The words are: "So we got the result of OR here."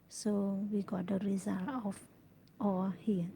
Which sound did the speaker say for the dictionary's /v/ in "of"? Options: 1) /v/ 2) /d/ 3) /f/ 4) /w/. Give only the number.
3